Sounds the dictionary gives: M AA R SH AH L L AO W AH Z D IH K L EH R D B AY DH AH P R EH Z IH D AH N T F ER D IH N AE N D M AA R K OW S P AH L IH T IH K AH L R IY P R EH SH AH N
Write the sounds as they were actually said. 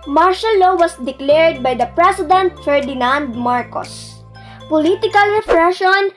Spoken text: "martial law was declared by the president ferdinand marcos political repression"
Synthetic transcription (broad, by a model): M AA R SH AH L L AO W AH S D IH K L EH R D B AY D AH P R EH S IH D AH N T F ER D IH N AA N D M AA R K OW S P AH L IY T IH K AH L R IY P R EH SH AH N